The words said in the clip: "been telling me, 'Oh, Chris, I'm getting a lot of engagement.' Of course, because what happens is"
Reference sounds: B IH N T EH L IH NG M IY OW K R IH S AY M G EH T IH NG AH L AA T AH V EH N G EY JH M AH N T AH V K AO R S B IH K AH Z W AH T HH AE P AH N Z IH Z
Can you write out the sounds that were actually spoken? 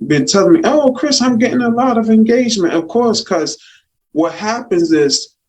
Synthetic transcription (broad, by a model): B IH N T EH L M IY OW K R IH S AY M G EH T IH NG AH L AA T AH V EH N G EY JH M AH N T AH V K AO R S K AH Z W AH T HH AE P AH N Z IH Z